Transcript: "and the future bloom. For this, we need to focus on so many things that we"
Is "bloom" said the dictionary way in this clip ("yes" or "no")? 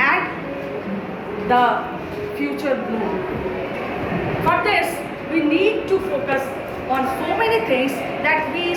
no